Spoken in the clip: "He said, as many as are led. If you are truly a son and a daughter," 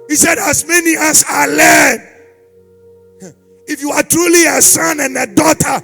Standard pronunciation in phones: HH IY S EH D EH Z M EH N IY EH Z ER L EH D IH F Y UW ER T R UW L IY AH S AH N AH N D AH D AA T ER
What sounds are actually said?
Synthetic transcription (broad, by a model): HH IY S EH D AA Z M EH N IY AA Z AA L EH D IH F Y UW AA T R UW L IY AH S AH N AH N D AH D AA T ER